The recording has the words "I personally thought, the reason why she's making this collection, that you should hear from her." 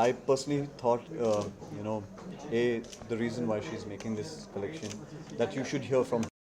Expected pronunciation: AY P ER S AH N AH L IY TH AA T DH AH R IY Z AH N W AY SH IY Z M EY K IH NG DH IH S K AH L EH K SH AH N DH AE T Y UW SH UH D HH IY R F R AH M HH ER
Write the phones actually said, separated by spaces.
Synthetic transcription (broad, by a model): AY P ER S AH N AH L IY T AA T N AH R IY Z AH N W AY SH IY Z M EY K IH NG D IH S K AH L EH K SH AH N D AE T Y UW SH UH D HH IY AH F R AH M